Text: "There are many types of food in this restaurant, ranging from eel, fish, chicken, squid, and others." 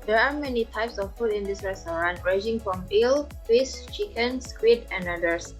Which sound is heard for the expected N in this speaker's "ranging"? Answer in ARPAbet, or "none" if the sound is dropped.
none